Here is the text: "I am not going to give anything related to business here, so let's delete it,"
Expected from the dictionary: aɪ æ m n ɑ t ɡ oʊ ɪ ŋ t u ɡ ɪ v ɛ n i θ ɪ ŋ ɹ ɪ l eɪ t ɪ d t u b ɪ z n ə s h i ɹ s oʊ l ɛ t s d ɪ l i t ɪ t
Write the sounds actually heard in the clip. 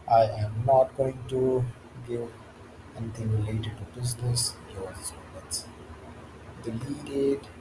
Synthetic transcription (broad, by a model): aɪ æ m n ɑ t ɡ oʊ ɪ ŋ t u ɡ ɪ v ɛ n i t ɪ ŋ ɹ ɪ l eɪ t ɪ d t u b ɪ z n ə s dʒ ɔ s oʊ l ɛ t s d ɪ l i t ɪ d